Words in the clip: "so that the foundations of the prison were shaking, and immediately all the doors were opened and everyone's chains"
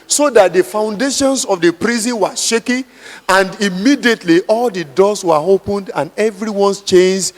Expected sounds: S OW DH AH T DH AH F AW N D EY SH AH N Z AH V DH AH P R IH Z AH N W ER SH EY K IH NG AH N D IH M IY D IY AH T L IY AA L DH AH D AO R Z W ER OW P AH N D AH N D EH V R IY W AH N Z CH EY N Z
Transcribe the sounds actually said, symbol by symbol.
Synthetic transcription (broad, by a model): S OW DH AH T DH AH F AW N D EY SH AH N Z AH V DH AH P R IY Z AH N W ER SH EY K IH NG AH N D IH M IY D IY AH T L IY AA L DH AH D AO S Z W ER OW P AH N D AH N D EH V R IY W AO N S CH EY N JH